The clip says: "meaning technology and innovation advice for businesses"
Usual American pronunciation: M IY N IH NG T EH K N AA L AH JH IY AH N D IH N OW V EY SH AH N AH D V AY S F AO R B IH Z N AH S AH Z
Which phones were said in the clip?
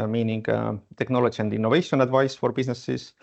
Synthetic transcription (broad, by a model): M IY N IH NG T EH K N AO L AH SH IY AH N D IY N OW V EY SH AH N AH D V AY S F AO R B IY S N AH S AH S